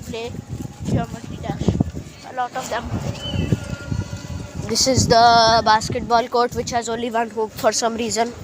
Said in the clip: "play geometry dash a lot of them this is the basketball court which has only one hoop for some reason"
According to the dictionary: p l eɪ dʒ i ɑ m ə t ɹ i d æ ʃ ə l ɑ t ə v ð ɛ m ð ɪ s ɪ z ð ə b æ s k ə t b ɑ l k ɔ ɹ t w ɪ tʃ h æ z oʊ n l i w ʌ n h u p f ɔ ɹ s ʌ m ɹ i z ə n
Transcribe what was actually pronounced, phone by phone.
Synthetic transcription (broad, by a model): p l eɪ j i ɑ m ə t i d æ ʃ ə l ɑ t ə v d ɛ m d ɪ s ɪ z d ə b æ s k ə t b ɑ l k ɔ ɹ t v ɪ tʃ h æ z oʊ n l i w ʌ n h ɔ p f ɔ ɹ s ʌ m ɹ i z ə n